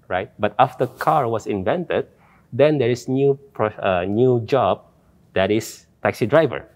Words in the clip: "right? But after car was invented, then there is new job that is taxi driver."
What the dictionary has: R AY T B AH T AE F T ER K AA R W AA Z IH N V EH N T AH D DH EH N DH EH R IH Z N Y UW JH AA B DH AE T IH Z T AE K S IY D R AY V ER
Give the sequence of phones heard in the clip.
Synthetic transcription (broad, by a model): R AY T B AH T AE F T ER K AA R W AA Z IH N V EH N T AH D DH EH N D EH R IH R N Y UW JH AA B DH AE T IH S T AE K S IY D R AY V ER